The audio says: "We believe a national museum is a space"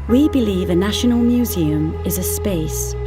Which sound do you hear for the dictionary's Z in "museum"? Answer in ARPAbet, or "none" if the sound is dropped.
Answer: Z